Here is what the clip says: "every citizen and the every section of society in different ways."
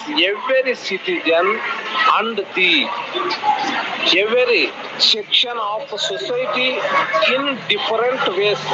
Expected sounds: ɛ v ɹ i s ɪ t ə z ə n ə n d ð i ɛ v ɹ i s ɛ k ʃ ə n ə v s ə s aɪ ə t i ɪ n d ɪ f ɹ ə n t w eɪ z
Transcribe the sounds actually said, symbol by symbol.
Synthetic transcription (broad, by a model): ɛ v ɹ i s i t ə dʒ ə n ə n d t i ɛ v ɹ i s ɛ k ʃ ə n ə p s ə s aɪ t i ɪ n d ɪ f ɹ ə n t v eɪ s